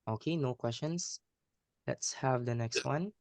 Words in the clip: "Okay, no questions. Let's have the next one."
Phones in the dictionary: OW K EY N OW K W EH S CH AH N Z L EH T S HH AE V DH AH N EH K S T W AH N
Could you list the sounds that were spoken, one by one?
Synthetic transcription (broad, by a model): OW K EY N OW K W EH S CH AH N S L EH T S HH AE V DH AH N EH K S T W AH N